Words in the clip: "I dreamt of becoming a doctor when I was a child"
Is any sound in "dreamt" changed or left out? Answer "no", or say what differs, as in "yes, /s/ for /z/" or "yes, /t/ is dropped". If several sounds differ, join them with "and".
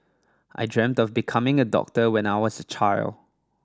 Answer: no